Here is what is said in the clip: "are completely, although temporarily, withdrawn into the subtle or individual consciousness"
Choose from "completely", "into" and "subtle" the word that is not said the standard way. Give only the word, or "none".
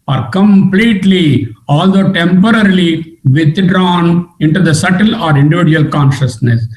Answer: none